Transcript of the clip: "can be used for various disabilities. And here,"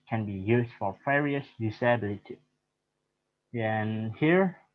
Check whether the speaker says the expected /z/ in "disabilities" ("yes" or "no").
no